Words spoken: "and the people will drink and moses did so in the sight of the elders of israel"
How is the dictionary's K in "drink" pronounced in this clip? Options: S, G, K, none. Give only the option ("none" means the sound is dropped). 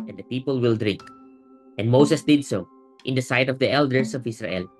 K